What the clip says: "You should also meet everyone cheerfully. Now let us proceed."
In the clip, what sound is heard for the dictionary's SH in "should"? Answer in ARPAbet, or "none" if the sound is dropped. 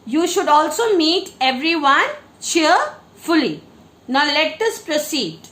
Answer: SH